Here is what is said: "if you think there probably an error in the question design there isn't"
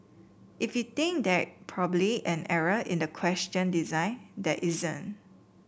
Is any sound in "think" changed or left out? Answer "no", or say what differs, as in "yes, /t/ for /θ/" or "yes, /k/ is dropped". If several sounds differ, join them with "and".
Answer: yes, /t/ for /θ/